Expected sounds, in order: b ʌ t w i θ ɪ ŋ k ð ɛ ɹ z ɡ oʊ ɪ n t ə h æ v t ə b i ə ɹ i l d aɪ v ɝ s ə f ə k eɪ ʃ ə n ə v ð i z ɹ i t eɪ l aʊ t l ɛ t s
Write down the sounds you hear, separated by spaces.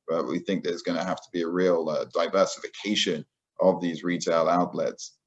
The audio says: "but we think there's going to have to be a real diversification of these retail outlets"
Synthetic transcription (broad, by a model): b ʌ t w i θ ɪ ŋ k ð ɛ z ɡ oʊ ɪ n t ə h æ f t ə b i ə ɹ i l d aɪ v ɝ s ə f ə k eɪ ʃ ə n ə v ð i z ɹ i t eɪ l aʊ t l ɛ t s